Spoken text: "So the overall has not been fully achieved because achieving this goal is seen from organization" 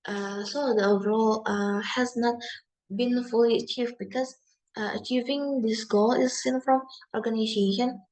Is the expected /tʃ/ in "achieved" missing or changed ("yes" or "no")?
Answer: no